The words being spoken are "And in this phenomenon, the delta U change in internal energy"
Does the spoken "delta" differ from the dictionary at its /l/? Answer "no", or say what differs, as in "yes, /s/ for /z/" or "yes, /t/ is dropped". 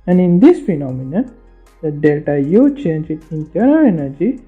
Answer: no